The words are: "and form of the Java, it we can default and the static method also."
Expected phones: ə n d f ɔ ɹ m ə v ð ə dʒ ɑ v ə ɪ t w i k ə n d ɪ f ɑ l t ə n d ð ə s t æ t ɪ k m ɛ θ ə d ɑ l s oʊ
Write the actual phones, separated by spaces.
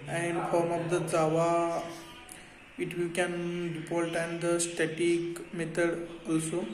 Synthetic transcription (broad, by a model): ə n d f ɔ ɹ m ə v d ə z ɑ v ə ɪ t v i k ə n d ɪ p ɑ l t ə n d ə s t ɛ t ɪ k m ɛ t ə d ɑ l s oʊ